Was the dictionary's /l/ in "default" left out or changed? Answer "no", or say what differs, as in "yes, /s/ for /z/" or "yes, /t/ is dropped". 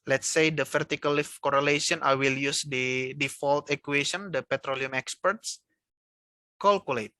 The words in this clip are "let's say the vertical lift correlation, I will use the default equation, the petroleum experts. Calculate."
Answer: no